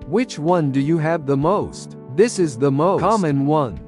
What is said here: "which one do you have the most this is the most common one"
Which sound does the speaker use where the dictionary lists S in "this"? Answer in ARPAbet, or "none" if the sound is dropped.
S